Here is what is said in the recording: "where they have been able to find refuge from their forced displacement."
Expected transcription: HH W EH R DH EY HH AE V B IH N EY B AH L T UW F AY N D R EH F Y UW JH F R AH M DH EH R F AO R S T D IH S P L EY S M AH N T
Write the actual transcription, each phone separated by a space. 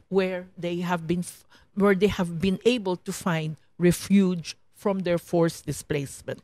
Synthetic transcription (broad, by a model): HH W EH R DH EY HH AE V B IH N EY B AH L T UW F AY N D R EH F Y UW JH F R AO M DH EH R F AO R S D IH S P L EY S M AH N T